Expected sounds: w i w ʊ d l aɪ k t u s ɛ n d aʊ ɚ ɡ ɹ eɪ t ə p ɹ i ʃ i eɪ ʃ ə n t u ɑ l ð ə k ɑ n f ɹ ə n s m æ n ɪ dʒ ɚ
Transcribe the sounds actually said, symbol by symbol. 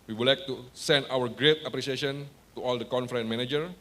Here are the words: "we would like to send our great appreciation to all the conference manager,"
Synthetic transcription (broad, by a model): w i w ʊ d l aɪ k t u s ɛ n d aʊ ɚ ɡ ɹ eɪ t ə p ɹ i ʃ i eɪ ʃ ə n t u ɑ l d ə k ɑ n f ɹ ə n m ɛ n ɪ dʒ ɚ